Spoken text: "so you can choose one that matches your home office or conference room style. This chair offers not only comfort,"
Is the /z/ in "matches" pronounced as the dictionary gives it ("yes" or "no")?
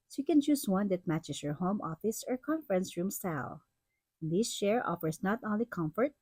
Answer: no